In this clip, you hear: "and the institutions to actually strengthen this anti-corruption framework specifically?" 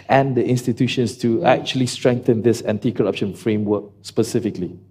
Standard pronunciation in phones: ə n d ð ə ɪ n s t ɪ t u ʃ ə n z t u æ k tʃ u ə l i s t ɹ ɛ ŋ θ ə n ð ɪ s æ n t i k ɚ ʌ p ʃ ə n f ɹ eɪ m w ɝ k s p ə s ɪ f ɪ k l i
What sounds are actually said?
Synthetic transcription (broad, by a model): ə n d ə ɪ n s t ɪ t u ʃ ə n s t u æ k tʃ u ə l i s t ɹ ɛ ŋ θ ə n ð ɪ s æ n t i k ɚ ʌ p ʃ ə n f ɹ eɪ m w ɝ k s p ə s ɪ f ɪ k l i